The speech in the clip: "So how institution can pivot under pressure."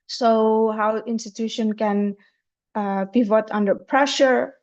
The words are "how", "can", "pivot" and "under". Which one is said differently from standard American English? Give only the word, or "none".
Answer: pivot